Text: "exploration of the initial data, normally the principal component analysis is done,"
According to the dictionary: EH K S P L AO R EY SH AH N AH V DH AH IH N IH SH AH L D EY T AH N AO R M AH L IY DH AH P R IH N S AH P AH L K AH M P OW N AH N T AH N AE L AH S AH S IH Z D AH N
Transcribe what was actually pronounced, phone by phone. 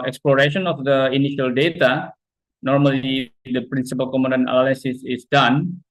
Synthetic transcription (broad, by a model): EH K S P L AO R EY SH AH N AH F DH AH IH N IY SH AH L D EY T AH N AO R M AH L IY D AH P R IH N S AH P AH L K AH M OW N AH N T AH L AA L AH S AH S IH S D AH N